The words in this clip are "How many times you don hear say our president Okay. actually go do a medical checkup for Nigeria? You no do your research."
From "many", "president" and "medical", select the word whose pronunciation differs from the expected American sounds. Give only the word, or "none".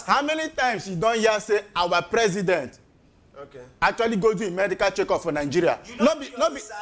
none